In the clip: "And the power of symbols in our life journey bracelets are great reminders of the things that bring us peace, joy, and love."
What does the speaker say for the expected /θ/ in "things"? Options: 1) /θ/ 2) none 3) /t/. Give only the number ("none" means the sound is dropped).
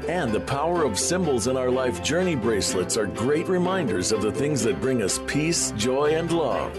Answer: 1